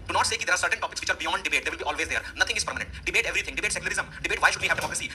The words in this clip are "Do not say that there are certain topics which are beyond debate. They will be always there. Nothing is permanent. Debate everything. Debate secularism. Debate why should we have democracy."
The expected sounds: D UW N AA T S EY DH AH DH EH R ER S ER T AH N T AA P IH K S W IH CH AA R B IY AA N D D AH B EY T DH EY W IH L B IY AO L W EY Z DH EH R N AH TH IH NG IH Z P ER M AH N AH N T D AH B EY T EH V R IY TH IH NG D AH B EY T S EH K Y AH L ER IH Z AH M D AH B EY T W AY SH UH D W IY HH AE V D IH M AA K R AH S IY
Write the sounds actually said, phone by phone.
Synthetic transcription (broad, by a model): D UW N AA T S EY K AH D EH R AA S ER T AH N T AA P IH K S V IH CH AA R B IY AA N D D AH B EY T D EY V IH L B IY AO L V EY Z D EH R N AH T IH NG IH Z P ER M AH N AH N T D AH B EY T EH V R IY T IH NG D AH B EY T S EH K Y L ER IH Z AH M D AH B EY T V AY SH UH D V IY HH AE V D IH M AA K R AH S IY